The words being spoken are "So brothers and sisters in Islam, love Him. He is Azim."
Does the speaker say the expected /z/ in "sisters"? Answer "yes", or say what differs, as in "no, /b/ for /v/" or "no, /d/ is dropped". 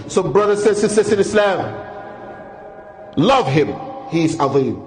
no, /s/ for /z/